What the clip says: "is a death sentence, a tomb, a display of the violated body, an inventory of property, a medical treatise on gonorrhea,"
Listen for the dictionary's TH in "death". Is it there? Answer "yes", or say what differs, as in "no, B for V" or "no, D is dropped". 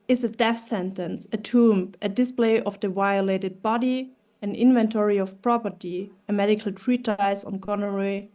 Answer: no, F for TH